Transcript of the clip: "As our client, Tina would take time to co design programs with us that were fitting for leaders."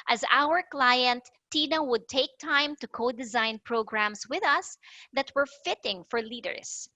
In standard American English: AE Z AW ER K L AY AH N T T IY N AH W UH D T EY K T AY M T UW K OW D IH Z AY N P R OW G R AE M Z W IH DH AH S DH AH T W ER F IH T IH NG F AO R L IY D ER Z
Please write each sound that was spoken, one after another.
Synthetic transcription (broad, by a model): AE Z AW ER K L AY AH N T T IY N AH W UH D T EY K T AY M T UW K OW D IH Z AY N P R OW G R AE M S W IH DH AH S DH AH T W ER F IH T IH NG F AO R L IY D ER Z